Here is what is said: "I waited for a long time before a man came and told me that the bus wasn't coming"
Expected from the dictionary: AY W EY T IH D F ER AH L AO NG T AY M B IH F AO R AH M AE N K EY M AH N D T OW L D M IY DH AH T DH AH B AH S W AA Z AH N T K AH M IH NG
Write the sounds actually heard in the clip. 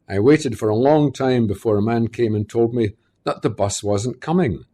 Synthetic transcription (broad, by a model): AY W EY T IH D F ER AH L AO NG T AY M B IH F AO R AH M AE N K EY M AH N T OW L D M IY DH AH T DH AH B AH S W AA Z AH N K AH M IH NG